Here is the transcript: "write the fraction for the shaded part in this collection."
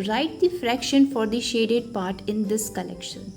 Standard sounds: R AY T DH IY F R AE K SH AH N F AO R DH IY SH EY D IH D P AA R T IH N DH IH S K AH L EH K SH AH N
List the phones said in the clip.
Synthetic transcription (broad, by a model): R AY T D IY F R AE K SH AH N F AO R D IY SH EY D IH D P AA R T IH N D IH S K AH L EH K SH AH N